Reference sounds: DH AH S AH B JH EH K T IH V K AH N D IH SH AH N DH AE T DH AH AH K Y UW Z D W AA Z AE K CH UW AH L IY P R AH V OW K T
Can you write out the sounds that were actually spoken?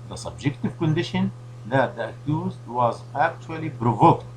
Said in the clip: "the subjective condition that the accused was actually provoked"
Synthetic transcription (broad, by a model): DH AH S AH B JH EH K T IH V K AH N D IH SH AH N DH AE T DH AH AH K Y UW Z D W AA Z AE K CH UW AH L IY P R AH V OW K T